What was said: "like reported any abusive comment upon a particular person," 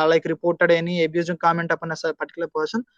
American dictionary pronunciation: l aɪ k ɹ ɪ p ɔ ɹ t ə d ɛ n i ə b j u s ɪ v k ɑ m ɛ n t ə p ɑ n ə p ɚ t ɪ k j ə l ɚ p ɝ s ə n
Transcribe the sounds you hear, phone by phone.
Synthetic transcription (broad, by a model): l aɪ k ɹ ɪ p ɔ ɹ t ə d ɛ n i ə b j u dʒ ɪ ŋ k ɑ m ɛ n t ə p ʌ n ə p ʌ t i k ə l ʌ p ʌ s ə n